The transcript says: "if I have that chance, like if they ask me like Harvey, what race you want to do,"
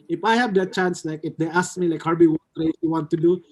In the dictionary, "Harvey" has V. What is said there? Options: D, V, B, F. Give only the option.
B